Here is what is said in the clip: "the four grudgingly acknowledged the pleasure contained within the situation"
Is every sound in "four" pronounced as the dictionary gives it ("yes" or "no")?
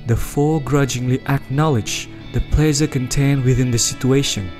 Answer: no